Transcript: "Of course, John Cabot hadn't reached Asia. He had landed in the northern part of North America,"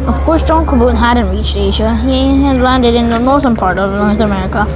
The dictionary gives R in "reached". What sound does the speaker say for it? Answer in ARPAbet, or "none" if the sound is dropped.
R